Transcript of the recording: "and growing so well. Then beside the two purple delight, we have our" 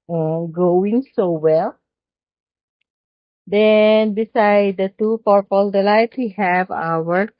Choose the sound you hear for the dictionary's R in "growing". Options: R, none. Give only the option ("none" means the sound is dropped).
none